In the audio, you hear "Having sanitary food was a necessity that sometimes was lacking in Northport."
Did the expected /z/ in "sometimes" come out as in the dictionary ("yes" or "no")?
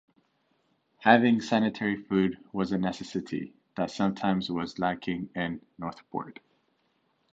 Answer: yes